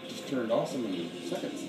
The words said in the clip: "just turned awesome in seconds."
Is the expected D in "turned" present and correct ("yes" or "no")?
yes